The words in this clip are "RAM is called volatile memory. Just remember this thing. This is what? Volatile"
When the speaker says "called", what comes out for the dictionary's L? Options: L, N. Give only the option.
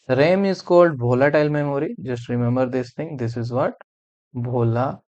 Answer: L